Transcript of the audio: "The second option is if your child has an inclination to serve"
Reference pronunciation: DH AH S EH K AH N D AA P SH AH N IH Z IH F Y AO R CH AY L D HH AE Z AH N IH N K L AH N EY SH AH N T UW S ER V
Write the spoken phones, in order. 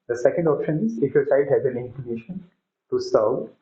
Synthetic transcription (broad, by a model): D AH S EH K AH N D AA P SH AH N IH Z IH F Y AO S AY D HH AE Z AH N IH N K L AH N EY SH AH N T UW S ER